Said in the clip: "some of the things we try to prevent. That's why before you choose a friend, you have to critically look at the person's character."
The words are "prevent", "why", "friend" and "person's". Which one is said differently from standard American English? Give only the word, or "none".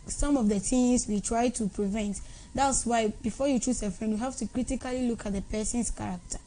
person's